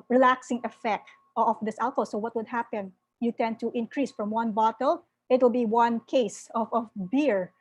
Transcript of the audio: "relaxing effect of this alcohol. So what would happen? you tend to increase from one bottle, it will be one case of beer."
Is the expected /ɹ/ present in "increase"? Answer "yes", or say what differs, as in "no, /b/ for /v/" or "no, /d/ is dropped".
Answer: yes